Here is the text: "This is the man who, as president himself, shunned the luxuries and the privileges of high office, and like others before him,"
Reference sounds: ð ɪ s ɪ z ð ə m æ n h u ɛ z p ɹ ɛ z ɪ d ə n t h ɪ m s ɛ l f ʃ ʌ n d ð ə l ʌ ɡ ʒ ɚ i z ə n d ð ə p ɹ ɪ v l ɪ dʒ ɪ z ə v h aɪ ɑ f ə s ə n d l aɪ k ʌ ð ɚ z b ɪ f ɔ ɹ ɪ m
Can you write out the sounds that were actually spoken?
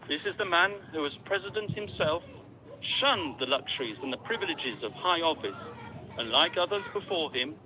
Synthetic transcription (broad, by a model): ð ɪ s ɪ z ð ə m æ n h u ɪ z p ɹ ɛ z ɪ d ə n t h ɪ m s ɛ l f ʃ ʌ n ð ə l ʌ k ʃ ɚ i z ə n ð ə p ɹ ɪ v l ɪ dʒ ɪ z ə v h aɪ ɑ f ə s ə n l aɪ k ʌ ð ɚ z b ɪ f ɔ ɹ ɪ m